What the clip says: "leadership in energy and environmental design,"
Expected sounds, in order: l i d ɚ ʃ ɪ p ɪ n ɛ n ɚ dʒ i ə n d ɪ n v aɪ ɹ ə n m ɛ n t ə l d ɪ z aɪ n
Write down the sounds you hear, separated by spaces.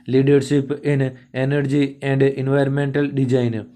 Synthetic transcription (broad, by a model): l i d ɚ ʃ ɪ p ɪ n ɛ n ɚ dʒ i ə n d ɪ n v aɪ ɹ ə n m ɛ n t ə l d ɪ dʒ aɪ n